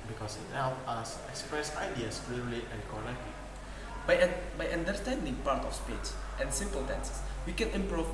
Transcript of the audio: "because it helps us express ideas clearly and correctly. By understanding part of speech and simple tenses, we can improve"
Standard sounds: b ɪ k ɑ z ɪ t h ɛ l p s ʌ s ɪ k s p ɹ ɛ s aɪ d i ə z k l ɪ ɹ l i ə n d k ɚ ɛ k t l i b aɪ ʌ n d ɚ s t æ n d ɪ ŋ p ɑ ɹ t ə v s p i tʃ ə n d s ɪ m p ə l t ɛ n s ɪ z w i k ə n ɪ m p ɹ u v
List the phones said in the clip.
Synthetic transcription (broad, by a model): b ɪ k ɑ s ɪ t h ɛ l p ɑ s ɪ k s p ɹ ɛ s aɪ d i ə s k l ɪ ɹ l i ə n k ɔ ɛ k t l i b aɪ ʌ n d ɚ s t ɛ n d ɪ ŋ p ɑ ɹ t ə f s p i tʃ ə n s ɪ m p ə l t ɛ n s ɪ s w i k ə n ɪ m p ɹ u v